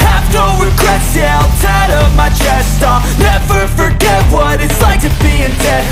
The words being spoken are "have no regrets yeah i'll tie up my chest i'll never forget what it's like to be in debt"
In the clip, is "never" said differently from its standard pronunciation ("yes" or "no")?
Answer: yes